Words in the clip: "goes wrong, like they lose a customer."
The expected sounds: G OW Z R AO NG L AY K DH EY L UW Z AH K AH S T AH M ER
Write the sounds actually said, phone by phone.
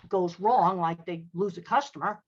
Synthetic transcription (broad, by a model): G OW Z R AO NG L AY K DH EY L UW Z AH K AH S T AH M ER